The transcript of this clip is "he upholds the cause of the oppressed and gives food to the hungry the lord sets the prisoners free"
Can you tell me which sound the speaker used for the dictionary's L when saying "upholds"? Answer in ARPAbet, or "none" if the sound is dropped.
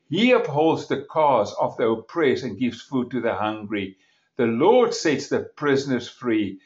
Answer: L